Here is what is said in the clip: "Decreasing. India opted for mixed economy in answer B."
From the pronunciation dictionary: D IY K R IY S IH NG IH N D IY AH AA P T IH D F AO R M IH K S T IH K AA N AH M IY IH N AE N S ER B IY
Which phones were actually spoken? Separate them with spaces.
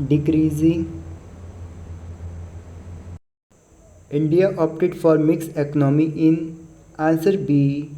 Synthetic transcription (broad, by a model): D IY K R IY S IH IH N D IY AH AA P T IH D F AO R M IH K S IH K AA N AH M IY IH N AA N S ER B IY